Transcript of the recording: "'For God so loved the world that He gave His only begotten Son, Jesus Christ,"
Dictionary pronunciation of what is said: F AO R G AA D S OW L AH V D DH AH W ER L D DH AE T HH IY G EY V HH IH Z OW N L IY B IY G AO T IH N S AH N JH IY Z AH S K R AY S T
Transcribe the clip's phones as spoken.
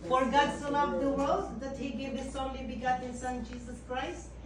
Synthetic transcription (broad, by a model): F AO R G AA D S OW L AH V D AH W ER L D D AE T HH IY G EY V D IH S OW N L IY B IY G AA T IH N S AH N JH IY S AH S K R AY S T